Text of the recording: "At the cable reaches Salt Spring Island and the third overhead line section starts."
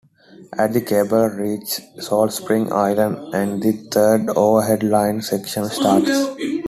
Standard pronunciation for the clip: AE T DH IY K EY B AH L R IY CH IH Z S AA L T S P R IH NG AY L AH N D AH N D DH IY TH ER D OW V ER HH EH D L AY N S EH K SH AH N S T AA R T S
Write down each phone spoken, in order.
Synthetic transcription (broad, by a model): AE T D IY K EY B AH L R IY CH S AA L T S P R IH NG AY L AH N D AH N D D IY T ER D OW V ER HH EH D L AY N S EH K SH AH N S T AA R T S